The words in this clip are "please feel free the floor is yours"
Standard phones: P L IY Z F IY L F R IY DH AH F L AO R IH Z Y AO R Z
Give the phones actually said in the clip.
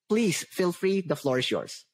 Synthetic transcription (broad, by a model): P L IY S F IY L F R IY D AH F L AO R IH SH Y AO R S